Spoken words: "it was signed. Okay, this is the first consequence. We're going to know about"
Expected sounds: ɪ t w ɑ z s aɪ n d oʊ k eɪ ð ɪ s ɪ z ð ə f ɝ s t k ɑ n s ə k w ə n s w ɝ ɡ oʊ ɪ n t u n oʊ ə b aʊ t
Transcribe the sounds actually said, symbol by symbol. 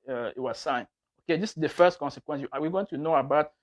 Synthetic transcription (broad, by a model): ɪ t w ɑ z s aɪ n oʊ k eɪ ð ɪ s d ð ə f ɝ s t k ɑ n s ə k w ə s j w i ɡ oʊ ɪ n t u n oʊ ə b aʊ t